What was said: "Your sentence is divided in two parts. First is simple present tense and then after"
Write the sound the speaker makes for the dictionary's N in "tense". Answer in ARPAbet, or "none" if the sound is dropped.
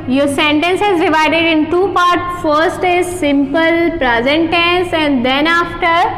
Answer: N